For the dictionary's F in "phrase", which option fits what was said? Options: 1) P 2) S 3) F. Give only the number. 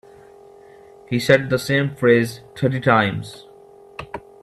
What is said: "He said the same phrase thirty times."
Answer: 3